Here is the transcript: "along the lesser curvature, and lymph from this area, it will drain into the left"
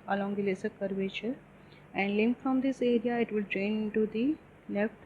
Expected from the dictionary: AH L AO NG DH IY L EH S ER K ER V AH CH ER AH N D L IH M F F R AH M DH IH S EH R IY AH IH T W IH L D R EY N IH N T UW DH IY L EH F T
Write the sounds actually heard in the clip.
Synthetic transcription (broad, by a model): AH L AO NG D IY L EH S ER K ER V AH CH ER AH N D L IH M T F R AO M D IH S EH R IY AH IH T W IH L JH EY IH N T UW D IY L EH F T